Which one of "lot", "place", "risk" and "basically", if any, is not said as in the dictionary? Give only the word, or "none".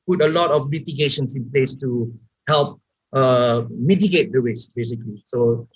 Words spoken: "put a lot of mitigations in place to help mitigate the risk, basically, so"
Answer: risk